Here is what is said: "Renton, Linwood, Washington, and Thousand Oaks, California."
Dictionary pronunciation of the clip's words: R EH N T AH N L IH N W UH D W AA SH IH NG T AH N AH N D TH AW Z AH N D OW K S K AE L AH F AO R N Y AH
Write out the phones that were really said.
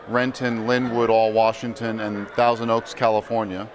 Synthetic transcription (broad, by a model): R EH N T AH N L IH N W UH D W AA SH IH NG T AH N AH N TH AW Z AH N D OW K S K AE L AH F AO R N Y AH